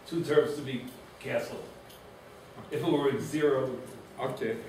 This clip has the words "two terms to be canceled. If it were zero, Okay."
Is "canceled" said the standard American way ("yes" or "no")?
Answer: no